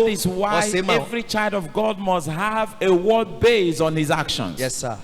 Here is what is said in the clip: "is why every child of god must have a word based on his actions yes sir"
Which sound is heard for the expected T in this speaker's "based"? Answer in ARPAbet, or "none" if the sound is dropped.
none